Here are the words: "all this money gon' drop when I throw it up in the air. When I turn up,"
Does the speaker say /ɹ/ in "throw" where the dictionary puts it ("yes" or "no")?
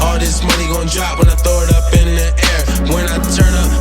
no